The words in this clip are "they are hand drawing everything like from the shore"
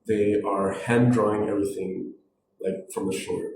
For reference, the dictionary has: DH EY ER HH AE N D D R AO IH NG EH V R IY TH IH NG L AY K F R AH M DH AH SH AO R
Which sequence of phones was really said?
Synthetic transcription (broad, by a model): DH EY ER HH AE N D D R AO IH NG EH V R IY TH IH NG L AY K F R AH M DH AH SH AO R